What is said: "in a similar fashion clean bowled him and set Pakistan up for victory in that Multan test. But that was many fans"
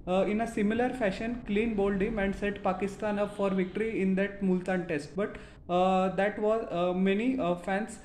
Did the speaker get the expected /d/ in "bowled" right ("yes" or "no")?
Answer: yes